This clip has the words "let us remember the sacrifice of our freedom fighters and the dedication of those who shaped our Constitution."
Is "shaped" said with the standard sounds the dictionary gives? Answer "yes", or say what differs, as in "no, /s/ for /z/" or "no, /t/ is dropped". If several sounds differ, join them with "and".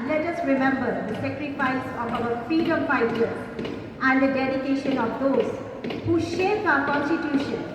no, /t/ is dropped